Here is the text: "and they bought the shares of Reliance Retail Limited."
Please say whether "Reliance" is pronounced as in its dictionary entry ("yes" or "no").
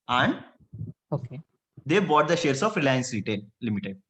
yes